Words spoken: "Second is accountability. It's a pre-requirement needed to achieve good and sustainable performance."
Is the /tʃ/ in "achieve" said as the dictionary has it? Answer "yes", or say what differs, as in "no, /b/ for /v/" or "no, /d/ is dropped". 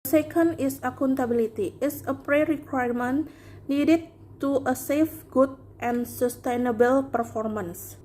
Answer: no, /s/ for /tʃ/